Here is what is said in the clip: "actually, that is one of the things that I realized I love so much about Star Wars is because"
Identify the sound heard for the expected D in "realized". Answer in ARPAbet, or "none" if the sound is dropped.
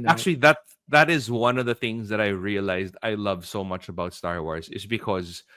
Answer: D